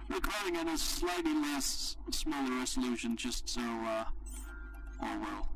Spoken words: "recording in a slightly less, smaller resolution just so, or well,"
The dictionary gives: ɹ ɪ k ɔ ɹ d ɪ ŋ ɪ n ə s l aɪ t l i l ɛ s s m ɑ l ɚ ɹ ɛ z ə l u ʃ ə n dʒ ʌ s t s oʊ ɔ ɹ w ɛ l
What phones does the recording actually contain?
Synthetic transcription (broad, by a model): ɹ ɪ k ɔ ɹ d ɪ ŋ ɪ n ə s l aɪ t l i l ɛ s s m ɑ l ɚ ɹ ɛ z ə l u ʃ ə n dʒ ʌ s t s oʊ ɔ l w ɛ l